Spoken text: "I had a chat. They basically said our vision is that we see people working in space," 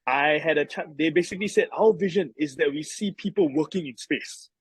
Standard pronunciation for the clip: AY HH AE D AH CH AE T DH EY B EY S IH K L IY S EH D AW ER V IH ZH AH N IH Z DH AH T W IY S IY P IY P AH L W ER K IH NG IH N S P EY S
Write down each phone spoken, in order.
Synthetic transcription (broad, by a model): AY HH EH D AH CH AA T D EY B EY S IH K L IY S EH D AW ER V IH ZH AH N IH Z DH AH T W IY S IY P IY P AH L W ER K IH NG IH N S P EY S